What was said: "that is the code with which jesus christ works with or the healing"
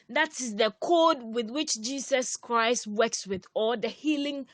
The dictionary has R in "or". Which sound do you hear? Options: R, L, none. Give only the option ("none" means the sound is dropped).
L